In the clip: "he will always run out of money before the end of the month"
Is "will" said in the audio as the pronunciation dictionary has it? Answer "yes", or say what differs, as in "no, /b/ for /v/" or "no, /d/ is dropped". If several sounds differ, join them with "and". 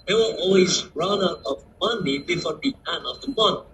no, /n/ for /l/